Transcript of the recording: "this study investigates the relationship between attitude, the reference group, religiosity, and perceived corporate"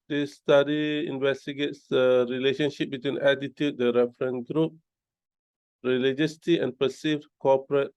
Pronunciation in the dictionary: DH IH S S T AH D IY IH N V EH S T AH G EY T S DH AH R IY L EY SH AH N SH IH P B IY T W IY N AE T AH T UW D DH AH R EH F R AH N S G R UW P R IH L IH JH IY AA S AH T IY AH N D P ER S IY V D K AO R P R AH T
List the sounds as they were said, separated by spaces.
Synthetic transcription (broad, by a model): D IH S S T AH D IY IH N V EH S T AH G EY T S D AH R IY L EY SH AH N SH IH P B IY T W IY N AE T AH T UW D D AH R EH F R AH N G R UW P R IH L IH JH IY S T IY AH N P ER S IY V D K AO P R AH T